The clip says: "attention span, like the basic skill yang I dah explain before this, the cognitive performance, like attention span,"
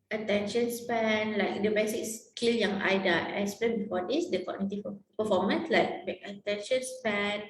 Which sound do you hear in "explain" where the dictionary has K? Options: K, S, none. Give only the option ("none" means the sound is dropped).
none